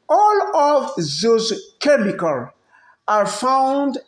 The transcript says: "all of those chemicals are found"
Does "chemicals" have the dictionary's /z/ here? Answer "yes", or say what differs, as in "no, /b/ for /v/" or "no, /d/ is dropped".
no, /z/ is dropped